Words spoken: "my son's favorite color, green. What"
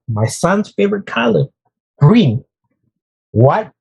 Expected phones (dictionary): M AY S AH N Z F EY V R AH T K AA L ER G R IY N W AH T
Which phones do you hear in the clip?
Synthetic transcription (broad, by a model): M AY S AH N Z F EY V R AH T K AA L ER G R IY N W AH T